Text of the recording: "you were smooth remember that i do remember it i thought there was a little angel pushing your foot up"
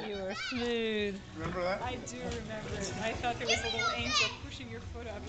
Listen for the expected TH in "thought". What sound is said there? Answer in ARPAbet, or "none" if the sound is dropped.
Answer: F